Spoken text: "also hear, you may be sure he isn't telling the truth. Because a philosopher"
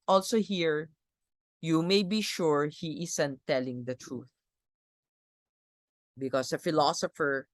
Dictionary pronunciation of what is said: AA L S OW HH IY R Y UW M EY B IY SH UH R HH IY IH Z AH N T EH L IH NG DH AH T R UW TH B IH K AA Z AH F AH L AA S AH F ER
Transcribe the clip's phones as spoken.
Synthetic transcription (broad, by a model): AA L S OW HH IY R Y UW M EY B IY SH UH R HH IY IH S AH N T EH L IH NG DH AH T R UW TH B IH K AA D AH F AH L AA S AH F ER